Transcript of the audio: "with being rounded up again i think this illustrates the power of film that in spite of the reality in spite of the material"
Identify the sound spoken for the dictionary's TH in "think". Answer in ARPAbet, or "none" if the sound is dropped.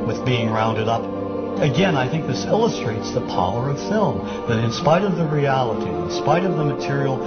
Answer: TH